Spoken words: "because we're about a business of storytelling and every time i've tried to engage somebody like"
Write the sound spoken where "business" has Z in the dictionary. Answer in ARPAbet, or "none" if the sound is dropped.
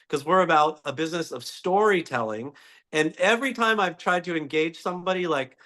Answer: Z